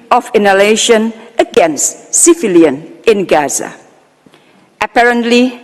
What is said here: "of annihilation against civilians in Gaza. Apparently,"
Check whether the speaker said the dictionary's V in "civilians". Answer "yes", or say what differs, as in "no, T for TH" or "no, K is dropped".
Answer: no, F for V